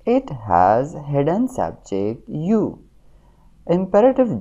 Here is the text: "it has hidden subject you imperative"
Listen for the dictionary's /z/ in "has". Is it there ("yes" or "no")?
yes